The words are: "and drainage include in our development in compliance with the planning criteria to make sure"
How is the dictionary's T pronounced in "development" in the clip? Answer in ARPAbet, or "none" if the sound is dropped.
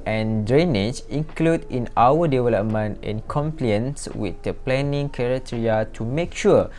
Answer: T